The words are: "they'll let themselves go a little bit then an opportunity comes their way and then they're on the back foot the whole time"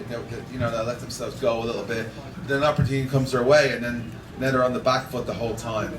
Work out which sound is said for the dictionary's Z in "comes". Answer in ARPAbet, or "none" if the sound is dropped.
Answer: Z